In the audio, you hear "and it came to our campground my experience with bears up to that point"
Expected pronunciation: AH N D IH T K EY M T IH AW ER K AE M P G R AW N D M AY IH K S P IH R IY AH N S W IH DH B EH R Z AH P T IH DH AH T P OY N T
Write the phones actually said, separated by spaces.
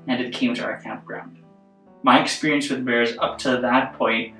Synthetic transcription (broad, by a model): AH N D IH T K EY M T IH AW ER K AE M P G R AW N D M AY IH K S P IH R IY AH N S W IH DH B EH R Z AH P T IH DH AH T P OY N T